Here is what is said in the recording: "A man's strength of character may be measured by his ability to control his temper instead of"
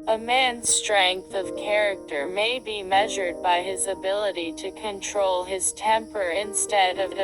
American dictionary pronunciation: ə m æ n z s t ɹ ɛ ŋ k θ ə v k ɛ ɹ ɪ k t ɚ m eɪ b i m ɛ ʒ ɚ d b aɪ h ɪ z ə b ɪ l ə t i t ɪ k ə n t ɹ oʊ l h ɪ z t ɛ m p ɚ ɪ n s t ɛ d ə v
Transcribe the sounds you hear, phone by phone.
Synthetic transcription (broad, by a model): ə m æ n z s t ɹ ɛ ŋ k θ ə v k ɛ ɹ ɪ k t ɚ m eɪ b i m ɛ ʒ ɚ d b aɪ ɪ z ə b ɪ l ə t i t ɪ k ə n t ɹ oʊ l ɪ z t ɛ m p ɚ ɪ n s t ɛ d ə v